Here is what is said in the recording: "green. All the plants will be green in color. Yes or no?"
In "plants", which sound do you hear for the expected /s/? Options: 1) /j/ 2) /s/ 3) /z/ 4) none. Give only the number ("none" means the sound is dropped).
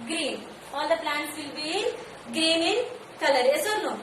4